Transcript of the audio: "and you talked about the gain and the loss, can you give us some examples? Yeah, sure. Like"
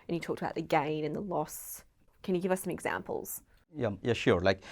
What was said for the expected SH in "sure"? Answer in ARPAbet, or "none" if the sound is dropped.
SH